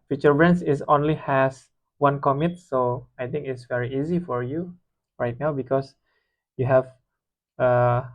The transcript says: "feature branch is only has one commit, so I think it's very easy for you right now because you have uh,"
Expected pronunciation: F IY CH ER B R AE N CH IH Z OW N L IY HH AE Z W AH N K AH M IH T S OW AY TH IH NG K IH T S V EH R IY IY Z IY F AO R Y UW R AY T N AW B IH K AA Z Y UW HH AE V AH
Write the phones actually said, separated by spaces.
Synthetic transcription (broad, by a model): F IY CH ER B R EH N S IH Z OW N L IY HH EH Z W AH N K AH M IH T S OW AY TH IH NG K IH T S V EH R IY IY Z IY F AO R Y UW R AY T N AW B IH K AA S Y UW HH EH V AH